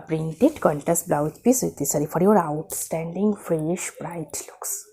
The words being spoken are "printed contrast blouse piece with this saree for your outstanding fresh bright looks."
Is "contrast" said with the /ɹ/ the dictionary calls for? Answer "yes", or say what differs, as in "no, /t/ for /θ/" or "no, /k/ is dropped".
no, /ɹ/ is dropped